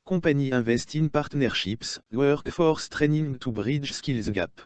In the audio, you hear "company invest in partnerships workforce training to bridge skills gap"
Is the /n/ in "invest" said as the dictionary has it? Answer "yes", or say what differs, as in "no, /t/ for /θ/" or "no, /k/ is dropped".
no, /n/ is dropped